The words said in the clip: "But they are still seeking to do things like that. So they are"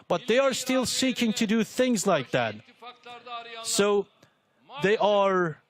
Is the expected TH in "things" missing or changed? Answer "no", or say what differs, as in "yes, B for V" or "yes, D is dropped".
no